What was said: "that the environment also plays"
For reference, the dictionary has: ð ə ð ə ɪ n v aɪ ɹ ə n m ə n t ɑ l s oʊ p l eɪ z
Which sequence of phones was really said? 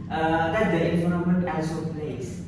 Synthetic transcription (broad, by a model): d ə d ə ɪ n f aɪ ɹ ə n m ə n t ɑ l s oʊ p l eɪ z